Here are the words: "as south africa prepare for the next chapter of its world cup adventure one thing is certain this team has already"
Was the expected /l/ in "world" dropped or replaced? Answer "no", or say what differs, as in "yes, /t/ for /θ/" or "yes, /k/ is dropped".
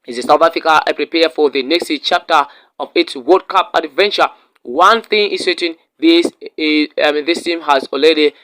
yes, /l/ is dropped